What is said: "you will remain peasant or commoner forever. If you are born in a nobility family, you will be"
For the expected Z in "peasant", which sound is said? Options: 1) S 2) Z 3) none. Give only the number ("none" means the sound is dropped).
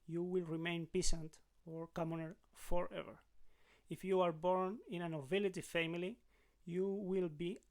1